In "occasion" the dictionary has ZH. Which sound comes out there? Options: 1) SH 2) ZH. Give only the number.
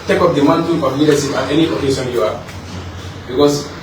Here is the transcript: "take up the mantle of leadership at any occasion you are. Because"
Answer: 1